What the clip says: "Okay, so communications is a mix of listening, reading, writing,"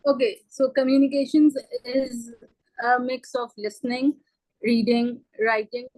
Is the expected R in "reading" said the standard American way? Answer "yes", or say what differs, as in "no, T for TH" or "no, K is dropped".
yes